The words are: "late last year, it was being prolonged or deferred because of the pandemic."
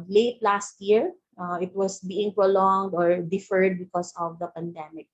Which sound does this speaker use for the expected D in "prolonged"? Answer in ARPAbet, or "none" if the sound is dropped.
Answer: D